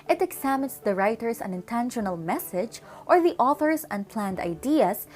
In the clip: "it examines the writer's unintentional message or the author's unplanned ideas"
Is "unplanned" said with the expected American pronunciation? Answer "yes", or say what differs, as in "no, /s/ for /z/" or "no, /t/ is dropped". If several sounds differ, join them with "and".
yes